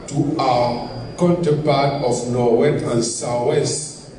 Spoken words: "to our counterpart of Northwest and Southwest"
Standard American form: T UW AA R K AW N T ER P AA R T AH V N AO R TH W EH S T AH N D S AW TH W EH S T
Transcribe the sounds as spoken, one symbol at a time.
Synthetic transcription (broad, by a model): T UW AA K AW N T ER P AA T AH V N AO W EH T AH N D S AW W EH S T